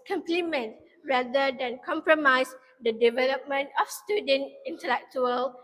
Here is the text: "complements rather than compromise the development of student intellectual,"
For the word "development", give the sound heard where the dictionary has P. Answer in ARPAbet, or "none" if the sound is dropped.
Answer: P